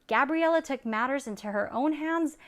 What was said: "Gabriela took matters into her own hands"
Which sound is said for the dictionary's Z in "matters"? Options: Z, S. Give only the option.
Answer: Z